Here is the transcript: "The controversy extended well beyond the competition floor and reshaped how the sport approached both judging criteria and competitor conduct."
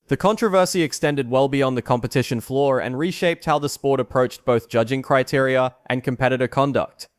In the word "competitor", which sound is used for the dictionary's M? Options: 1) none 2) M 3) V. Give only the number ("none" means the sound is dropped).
2